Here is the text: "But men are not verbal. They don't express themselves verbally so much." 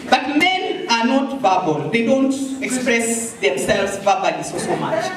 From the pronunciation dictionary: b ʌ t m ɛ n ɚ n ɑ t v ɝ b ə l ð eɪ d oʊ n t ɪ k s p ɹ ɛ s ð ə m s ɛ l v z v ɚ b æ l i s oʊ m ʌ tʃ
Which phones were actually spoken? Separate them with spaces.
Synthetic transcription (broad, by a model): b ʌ t m ɛ n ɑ n ɑ t b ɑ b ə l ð eɪ d oʊ n t ɪ k s p ɹ ɛ s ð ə m s ɛ l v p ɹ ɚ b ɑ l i s oʊ m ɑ tʃ